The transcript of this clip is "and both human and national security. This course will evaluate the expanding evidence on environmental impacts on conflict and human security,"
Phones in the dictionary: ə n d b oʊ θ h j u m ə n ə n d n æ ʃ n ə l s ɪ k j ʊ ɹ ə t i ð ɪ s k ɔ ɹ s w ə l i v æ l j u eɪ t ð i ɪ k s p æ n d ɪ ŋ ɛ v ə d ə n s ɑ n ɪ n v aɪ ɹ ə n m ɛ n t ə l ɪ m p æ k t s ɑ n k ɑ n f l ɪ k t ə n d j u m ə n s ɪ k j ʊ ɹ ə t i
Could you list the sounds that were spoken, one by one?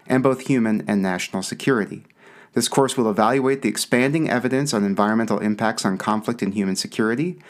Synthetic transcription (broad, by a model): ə n b oʊ θ h j u m ə n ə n n æ ʃ n l s ɪ k j ʊ ɹ ə t i ð ɪ s k ɔ ɹ s w ə l i v æ l j u eɪ t ð i ɪ k s p æ n d ɪ ŋ ɛ v ə d ə n s n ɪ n v aɪ ɹ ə n m ɛ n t l ɪ m p æ k t s n k ɑ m f l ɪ k t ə n j u m ə n s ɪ k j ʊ ɹ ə t i